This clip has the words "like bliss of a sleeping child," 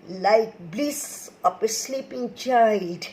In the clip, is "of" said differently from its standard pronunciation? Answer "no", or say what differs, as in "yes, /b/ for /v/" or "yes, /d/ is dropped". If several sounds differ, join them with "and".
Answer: yes, /p/ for /v/